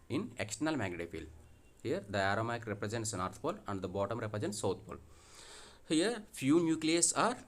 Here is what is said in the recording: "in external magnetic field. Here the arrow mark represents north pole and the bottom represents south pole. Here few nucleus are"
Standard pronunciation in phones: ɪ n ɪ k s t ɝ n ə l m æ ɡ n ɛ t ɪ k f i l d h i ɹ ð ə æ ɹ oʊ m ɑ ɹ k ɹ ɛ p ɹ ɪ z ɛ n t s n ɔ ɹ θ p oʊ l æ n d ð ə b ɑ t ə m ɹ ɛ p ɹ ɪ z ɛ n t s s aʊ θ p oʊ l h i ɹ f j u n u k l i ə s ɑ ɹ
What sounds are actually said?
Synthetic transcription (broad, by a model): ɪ n ɪ k s t ɝ n ə l m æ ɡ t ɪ f i l d h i ɹ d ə æ ɹ oʊ m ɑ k ɹ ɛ p ɹ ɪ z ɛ n t s n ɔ ɹ t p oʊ l æ n d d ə b ɑ t ə m ɹ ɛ p ɹ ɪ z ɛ n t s s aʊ t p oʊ l h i ɹ f j u n u k l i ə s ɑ ɹ